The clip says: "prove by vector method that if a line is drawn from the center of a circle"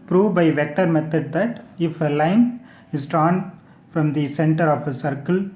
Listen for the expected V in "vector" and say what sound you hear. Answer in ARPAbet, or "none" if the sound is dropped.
V